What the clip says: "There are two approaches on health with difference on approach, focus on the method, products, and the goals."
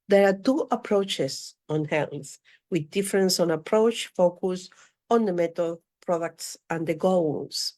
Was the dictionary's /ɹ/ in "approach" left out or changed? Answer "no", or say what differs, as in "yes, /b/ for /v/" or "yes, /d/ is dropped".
no